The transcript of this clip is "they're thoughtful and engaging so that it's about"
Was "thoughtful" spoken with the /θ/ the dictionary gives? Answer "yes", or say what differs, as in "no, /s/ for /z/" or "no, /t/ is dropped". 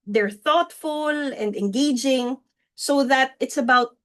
yes